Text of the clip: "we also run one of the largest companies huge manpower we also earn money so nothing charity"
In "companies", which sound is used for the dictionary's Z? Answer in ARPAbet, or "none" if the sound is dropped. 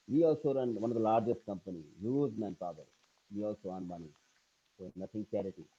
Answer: none